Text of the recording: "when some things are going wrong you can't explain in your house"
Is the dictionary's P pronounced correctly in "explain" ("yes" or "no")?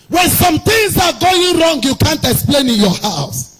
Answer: yes